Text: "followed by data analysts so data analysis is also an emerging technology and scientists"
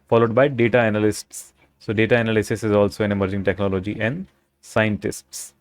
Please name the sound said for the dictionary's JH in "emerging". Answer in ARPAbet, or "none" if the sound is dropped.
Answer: JH